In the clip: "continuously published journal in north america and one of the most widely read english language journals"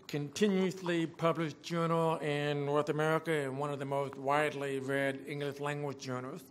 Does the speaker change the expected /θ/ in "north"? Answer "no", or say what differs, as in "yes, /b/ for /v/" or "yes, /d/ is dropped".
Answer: no